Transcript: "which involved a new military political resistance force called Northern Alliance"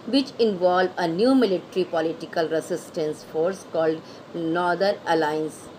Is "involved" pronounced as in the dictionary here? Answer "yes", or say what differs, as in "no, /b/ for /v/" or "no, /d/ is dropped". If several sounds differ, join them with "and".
no, /d/ is dropped